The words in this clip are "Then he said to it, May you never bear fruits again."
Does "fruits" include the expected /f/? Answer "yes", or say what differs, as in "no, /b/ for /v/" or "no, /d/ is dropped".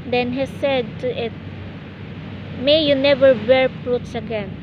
no, /p/ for /f/